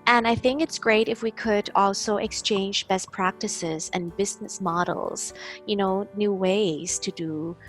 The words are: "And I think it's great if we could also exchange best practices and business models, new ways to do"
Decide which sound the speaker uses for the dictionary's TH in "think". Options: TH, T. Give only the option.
TH